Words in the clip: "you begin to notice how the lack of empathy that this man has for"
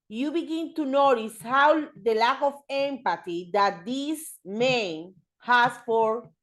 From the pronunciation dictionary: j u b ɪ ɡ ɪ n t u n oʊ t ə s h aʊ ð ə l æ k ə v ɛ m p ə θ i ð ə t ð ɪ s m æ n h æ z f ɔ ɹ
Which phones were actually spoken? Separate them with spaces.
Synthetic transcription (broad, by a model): j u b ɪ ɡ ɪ n t u n oʊ t ə s h aʊ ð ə l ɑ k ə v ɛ m p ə t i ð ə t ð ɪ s m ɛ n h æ s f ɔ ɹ